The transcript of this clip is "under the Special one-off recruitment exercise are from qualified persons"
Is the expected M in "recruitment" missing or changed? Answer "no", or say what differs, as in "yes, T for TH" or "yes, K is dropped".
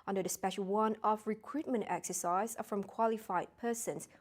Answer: no